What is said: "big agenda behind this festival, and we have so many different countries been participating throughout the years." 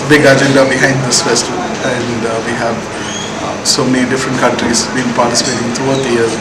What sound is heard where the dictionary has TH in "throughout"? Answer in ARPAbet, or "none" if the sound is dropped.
T